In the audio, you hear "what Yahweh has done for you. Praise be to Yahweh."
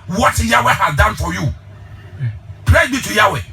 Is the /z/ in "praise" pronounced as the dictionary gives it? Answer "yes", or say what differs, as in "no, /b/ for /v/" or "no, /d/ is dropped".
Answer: no, /z/ is dropped